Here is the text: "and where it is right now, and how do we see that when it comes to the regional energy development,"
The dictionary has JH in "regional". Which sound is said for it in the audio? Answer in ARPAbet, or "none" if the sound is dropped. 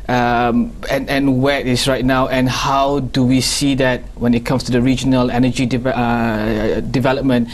JH